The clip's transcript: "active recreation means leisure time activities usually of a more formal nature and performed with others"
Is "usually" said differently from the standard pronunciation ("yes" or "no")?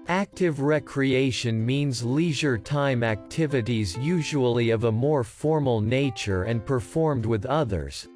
no